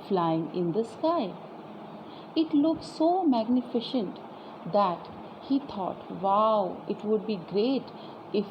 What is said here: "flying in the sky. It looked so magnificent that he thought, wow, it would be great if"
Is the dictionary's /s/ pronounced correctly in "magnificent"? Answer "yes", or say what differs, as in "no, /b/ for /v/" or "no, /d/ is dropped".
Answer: no, /ʃ/ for /s/